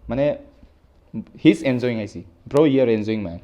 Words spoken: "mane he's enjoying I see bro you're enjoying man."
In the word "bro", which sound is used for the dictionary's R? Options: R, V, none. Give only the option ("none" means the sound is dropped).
R